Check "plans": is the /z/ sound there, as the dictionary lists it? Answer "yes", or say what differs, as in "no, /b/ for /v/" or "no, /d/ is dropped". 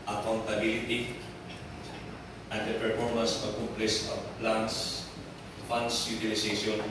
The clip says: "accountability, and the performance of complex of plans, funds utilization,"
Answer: no, /s/ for /z/